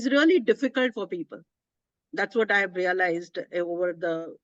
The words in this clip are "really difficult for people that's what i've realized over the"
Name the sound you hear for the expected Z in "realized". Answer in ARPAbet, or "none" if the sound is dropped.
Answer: Z